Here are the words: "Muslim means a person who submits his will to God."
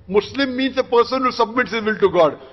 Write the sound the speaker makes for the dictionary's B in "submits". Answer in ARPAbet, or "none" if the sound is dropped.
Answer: B